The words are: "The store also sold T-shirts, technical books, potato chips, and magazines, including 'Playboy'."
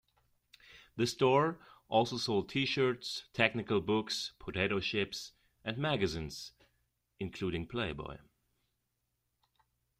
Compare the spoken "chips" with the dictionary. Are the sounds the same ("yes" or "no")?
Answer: no